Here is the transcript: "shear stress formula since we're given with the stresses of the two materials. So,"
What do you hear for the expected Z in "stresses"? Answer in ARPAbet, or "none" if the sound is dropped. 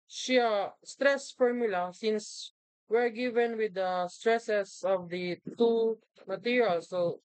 S